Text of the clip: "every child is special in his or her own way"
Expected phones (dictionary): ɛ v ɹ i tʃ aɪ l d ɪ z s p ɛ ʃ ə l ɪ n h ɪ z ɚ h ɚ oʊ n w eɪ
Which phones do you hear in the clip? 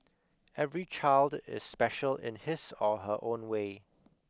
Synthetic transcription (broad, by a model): ɛ v ɹ i tʃ aɪ l d ɪ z s p ɛ ʃ ə l ɪ n h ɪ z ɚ h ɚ oʊ n w eɪ